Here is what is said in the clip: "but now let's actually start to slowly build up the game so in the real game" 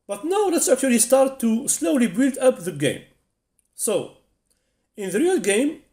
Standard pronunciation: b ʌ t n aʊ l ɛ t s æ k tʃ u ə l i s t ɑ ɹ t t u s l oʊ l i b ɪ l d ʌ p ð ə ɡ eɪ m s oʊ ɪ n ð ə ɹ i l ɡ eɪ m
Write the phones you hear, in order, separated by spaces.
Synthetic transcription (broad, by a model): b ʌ t n aʊ l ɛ t s æ k tʃ u ə l i s t ɑ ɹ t t u s l oʊ l i b ɪ l d ʌ p ð ə ɡ eɪ m s oʊ ɪ n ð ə ɹ i l ɡ eɪ m